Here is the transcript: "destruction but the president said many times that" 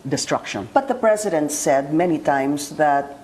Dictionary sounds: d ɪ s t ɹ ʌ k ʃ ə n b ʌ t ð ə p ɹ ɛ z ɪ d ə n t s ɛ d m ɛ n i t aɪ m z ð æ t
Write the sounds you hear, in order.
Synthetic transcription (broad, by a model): d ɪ s t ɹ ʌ k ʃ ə n b ʌ t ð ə p ɹ ɛ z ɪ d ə n t s ɛ d m ɛ n i t aɪ m s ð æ t